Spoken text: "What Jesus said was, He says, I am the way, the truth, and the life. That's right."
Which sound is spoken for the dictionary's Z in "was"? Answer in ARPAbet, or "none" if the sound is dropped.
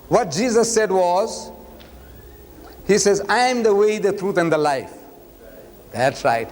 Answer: Z